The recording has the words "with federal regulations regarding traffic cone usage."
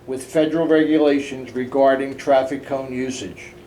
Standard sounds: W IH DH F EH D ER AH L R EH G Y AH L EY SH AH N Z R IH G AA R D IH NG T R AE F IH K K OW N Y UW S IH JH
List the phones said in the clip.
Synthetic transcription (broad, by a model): W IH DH F EH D ER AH L R EH G Y AH L EY SH AH N Z R IH G AA R D IH NG T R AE F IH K K OW N Y UW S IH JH